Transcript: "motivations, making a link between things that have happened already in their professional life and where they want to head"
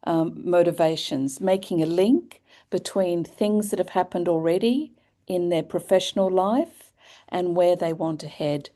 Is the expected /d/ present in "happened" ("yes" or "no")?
yes